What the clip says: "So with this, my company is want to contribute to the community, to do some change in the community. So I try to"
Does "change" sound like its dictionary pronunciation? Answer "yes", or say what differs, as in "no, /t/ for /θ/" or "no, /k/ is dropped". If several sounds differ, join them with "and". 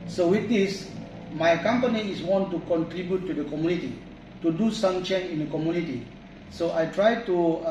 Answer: no, /dʒ/ is dropped